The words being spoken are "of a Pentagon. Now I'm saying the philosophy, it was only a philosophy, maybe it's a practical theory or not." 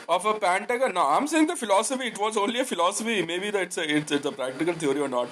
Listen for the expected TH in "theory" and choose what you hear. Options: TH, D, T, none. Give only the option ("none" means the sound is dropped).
T